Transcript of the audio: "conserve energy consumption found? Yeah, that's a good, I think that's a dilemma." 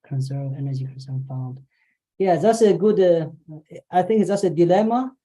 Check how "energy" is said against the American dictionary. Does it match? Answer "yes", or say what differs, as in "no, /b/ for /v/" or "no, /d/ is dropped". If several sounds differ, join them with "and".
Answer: yes